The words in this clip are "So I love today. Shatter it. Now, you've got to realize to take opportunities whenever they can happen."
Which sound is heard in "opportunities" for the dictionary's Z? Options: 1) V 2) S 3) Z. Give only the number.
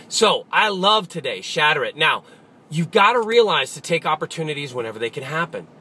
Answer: 3